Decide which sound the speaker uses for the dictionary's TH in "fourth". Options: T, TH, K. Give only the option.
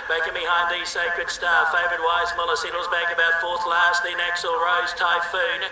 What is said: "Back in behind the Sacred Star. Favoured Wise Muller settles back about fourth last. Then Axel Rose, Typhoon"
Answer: TH